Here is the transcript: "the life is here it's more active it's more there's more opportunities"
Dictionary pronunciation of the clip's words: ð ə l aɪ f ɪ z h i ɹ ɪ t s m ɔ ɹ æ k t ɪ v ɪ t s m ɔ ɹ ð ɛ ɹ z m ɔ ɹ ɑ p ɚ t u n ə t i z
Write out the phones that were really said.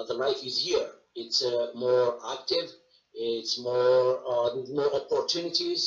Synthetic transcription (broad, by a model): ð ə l aɪ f ɪ z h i ɹ ɪ t s m ɔ ɹ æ k t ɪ v ɪ t s m ɔ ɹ ɹ m ɔ ɹ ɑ p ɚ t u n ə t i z